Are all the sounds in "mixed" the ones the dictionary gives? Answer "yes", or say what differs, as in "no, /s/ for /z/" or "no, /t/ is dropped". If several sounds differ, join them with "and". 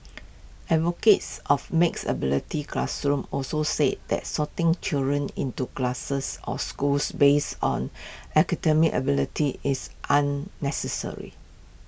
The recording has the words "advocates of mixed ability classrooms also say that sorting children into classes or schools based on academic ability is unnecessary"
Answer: no, /t/ is dropped